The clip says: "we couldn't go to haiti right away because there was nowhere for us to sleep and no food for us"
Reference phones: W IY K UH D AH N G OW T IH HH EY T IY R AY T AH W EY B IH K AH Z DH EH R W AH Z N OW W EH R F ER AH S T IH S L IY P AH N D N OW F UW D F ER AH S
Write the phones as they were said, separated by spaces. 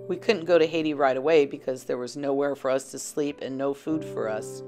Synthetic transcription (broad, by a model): W IY K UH D N G OW T IH HH EY T IY R AY T AH W EY B IH K AH Z DH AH R W AH Z N OW W EH R F ER AH S T IH S L IY P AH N N OW F UW D F ER AH S